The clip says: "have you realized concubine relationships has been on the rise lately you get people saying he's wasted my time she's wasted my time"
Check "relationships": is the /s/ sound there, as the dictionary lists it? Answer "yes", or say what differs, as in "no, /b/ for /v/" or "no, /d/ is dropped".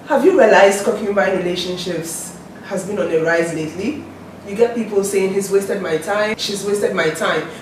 yes